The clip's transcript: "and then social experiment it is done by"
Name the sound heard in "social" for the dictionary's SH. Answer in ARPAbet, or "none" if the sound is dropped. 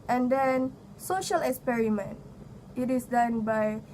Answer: SH